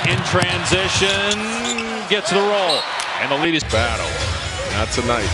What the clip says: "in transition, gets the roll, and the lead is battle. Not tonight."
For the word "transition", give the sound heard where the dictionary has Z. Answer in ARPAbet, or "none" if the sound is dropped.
Z